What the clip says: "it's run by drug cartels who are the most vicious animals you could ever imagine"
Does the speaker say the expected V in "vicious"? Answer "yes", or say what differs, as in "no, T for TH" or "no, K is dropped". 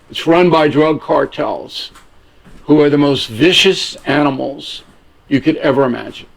yes